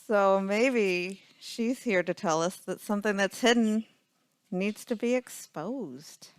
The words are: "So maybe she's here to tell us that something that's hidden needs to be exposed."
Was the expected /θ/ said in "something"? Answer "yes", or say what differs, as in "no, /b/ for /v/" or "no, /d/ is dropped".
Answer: yes